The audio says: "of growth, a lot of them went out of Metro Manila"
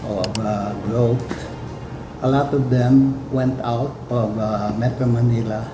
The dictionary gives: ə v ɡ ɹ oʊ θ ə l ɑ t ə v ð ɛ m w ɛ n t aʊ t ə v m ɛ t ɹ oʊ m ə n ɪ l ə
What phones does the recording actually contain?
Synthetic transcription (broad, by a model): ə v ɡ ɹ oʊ t ə l ɑ t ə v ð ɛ m w ɛ n t aʊ t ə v m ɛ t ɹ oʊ m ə n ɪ l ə